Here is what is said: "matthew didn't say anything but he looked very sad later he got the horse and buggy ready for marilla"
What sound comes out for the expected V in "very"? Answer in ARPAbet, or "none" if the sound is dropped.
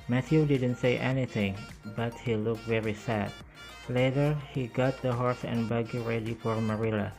V